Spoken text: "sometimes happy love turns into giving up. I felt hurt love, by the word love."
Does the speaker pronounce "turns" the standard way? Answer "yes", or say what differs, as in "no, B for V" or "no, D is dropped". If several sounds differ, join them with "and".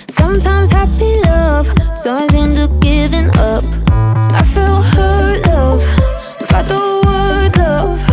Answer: no, S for T